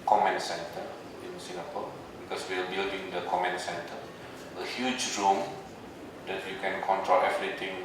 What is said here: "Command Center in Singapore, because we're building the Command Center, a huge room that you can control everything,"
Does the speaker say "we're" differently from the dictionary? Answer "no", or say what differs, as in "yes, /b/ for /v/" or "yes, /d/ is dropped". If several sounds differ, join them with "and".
yes, /l/ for /ɹ/